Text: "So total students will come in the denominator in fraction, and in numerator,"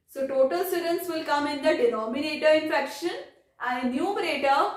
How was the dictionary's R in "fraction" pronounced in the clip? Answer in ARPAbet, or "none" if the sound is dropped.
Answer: none